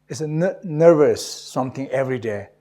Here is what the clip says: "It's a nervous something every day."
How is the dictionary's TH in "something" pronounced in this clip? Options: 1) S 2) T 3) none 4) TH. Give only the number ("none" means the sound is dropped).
2